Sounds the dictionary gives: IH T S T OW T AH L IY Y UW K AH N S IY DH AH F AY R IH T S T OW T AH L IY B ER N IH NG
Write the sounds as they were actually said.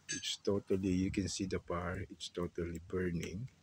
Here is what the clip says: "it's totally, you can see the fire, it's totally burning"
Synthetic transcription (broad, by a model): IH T S T OW T AH L IY Y UW K AH N S IY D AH P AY R IH T S T OW T AH L IY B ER N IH NG